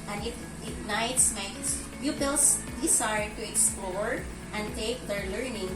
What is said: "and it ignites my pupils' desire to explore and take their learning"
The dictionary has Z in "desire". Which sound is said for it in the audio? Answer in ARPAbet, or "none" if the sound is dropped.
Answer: S